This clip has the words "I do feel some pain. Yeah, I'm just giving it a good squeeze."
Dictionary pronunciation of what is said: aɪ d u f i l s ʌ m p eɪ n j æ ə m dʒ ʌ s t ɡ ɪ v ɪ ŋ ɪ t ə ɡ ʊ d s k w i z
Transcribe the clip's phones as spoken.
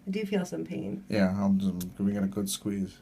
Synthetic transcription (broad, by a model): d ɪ f i l s ʌ m p eɪ n j æ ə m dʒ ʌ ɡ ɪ ɪ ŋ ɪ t ə ɡ ʊ d s k w i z